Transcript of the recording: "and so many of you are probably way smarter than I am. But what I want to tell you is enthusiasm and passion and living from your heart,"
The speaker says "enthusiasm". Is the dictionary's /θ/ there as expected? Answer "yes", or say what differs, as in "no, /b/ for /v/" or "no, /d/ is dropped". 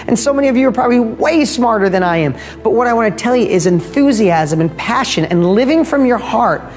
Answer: yes